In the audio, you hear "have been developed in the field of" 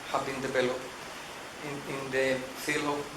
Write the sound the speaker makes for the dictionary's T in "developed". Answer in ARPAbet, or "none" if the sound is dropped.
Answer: none